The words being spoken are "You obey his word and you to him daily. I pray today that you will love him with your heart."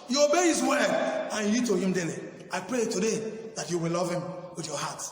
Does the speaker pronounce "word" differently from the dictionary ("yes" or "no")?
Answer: yes